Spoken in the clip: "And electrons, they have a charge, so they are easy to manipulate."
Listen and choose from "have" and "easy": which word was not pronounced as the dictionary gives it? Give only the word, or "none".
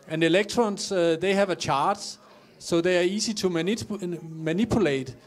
easy